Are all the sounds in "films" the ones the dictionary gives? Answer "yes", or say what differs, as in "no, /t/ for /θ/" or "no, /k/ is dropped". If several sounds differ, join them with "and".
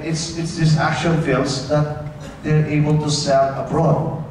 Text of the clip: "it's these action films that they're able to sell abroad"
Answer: no, /m/ is dropped